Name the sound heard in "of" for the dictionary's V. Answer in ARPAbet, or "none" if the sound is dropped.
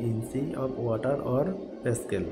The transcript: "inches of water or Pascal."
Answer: P